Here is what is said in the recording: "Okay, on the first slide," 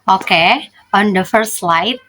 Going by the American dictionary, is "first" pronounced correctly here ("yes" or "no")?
no